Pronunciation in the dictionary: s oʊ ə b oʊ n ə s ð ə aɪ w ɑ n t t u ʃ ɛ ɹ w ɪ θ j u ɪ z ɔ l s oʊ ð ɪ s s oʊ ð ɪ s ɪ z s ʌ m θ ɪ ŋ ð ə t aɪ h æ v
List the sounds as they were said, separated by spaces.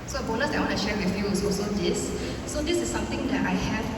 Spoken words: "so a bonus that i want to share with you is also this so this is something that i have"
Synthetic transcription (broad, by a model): s oʊ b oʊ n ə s aɪ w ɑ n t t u ʃ ɛ ɹ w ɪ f j u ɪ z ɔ s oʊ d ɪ s s oʊ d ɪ s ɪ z s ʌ m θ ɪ ŋ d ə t aɪ h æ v